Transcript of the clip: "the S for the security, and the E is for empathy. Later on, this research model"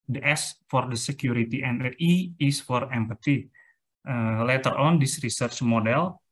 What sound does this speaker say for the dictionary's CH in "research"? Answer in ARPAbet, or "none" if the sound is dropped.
CH